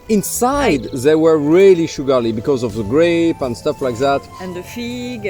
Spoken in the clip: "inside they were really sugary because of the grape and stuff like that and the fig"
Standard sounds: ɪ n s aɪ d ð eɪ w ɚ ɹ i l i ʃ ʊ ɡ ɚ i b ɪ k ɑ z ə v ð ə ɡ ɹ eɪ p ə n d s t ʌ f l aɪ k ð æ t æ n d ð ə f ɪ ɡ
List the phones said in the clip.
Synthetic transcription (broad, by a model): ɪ n s aɪ d ð eɪ w ɚ ɹ i l i ʃ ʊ ɡ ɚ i b ɪ k ɑ z ə v ð ə ɡ ɹ eɪ p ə n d s t ʌ f l aɪ k ð æ t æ n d ð ə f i ɡ